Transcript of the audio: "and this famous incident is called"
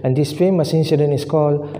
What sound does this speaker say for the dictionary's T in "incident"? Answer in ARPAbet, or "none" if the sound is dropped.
none